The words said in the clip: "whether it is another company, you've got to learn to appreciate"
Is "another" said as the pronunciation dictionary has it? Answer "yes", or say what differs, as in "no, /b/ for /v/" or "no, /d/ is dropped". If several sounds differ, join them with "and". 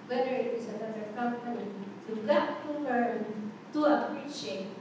no, /ð/ is dropped